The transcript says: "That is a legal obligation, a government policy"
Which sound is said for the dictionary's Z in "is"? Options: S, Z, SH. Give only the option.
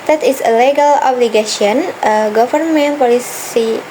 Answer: S